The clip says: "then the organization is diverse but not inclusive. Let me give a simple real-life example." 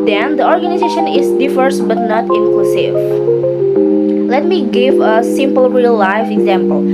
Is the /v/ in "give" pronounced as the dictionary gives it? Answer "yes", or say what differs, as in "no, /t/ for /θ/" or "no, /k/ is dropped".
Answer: yes